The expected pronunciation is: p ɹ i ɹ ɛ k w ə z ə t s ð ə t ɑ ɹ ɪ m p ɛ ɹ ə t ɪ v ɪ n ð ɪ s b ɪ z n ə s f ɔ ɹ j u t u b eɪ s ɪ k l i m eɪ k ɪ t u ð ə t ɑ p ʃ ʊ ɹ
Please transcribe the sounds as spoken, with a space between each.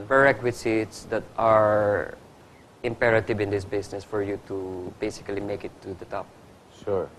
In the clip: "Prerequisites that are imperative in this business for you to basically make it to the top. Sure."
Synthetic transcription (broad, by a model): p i ɹ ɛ k w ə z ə t s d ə t ɑ ɹ ɪ m p ɛ ɹ ə t ɪ v ɪ n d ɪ s b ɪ s n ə s f ɔ ɹ j u t u b eɪ s ɪ k l i m eɪ k ɪ t u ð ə t ɑ p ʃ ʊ ɹ